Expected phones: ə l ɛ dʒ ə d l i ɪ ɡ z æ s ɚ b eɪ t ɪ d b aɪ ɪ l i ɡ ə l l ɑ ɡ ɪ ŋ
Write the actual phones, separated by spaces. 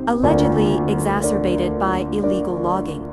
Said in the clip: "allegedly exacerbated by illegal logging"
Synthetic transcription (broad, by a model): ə l ɛ dʒ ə d l i ɪ ɡ z æ s ɚ b eɪ t ɪ d b aɪ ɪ l i ɡ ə l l ɑ ɡ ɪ ŋ